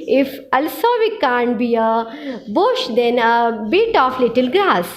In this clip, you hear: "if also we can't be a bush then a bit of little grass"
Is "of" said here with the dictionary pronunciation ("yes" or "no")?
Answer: no